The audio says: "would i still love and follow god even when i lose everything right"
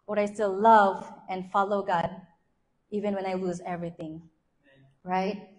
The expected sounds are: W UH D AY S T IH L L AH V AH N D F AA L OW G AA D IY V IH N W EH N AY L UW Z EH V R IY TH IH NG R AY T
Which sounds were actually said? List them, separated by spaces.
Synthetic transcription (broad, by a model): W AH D AY S T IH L L AH V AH N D F AA L OW G AA D IY V IH N W EH N AY L UW Z EH V R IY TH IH NG R AY T